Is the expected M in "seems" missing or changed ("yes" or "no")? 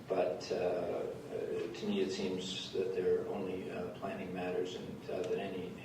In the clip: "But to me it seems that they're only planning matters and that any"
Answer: no